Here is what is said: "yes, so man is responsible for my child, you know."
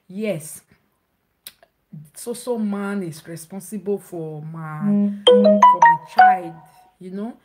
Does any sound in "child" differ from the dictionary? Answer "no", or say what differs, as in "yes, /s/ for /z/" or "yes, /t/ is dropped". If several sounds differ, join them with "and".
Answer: no